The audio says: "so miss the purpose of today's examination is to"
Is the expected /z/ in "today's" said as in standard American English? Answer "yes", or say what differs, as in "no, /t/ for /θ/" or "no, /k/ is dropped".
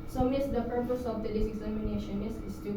no, /s/ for /z/